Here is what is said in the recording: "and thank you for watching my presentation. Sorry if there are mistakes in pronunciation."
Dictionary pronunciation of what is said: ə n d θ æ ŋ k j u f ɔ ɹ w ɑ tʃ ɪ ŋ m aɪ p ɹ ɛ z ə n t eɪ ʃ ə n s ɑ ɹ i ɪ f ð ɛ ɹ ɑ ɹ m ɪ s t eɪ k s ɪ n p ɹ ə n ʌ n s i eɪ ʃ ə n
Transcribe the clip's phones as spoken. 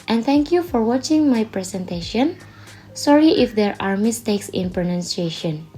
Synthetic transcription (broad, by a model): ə n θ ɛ ŋ k j u f ɔ ɹ w ɑ tʃ ɪ ŋ m aɪ p ɹ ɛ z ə n t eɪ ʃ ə n s ɑ ɹ i ɪ f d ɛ ɹ ɑ ɹ m ɪ s t eɪ k s ɪ n p ɹ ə n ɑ n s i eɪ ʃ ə n